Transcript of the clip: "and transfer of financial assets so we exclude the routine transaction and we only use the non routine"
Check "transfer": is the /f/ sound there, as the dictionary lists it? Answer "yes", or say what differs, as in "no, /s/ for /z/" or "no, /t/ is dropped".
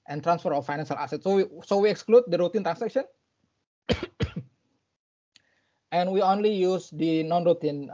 yes